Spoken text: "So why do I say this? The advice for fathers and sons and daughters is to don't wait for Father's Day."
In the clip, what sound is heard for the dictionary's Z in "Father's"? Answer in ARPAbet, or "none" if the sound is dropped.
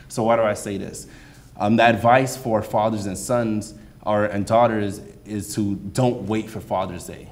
Z